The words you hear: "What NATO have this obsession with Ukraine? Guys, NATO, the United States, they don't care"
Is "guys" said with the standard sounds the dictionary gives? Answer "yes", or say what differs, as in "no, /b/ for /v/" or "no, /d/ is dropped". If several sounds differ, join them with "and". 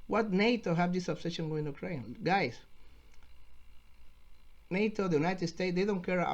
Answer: no, /s/ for /z/